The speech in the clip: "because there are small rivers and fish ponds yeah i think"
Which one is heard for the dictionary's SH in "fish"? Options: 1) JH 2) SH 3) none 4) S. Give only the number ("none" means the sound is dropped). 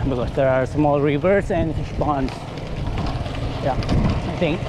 4